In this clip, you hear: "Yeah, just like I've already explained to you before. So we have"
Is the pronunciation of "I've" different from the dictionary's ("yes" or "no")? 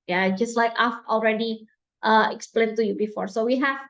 yes